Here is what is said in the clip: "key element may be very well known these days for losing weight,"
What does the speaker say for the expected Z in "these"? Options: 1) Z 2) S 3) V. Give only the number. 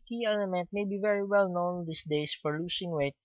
2